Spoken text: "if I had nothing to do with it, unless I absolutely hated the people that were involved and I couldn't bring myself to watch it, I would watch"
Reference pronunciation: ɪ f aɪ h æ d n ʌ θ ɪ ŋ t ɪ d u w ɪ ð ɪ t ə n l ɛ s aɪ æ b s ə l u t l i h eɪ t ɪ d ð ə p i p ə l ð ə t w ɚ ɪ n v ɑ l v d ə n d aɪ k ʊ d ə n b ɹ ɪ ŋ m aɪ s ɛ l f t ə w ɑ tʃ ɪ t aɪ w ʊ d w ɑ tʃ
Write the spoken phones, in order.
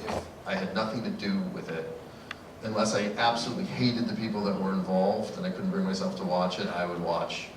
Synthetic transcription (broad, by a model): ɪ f aɪ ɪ d n ʌ θ ɪ ŋ t ɪ d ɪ w ɪ ð ɪ t ə n l ɛ s aɪ æ b s ə l u t l i h eɪ t ɪ d ð ə p i p l ð ə t w ɚ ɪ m v ɑ l v d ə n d aɪ k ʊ d n b ɹ ɪ ŋ m aɪ s ɛ l f t ə w ɑ tʃ ɪ t aɪ w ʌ d w ɑ tʃ